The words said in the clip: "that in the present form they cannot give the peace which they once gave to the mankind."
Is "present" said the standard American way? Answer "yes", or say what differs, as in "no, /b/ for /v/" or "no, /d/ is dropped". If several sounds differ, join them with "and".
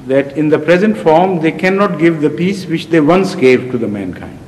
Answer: yes